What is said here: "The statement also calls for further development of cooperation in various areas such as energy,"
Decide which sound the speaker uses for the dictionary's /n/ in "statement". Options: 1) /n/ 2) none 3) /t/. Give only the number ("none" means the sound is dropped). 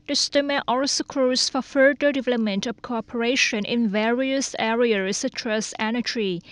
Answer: 2